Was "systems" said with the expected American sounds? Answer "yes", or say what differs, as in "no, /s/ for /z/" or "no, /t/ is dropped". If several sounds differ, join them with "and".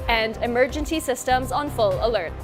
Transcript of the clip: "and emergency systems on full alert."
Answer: yes